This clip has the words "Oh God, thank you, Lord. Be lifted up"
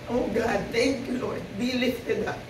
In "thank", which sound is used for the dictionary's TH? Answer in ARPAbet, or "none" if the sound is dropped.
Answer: T